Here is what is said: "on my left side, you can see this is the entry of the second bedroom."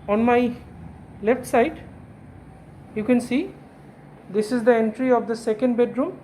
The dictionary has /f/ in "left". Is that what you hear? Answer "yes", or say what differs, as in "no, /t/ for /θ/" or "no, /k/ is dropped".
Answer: yes